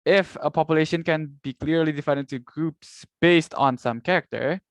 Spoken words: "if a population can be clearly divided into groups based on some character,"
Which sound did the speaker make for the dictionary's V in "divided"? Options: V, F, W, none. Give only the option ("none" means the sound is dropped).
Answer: F